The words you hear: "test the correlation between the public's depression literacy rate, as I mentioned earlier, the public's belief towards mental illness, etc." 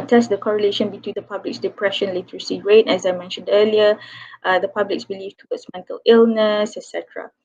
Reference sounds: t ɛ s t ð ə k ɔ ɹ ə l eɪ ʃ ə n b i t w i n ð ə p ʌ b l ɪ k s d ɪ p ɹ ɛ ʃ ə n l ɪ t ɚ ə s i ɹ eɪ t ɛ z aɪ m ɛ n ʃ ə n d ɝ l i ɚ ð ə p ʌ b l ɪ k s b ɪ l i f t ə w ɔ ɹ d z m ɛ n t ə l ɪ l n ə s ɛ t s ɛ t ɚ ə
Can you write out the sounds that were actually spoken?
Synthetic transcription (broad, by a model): t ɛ s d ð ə k ɔ ɹ ə l eɪ ʃ ə n b i t w i n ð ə p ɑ b l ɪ k s d ɪ p ɹ ɛ ʃ ə n l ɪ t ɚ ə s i ɹ eɪ t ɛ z aɪ m ɛ n ʃ ə n d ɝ l i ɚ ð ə p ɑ b l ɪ k s b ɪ l i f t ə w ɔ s m ɛ n t ə l ɪ l n ə s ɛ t s ɛ t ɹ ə